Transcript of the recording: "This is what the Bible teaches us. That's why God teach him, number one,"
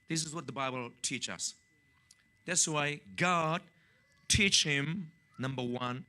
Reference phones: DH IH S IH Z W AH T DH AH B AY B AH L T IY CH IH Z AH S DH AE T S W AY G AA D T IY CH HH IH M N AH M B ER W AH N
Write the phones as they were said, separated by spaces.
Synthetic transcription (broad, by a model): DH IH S IH Z W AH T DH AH B AY B AH L T IY CH AH S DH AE T S W AY G AA D T IY CH HH IH M N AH M B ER W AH N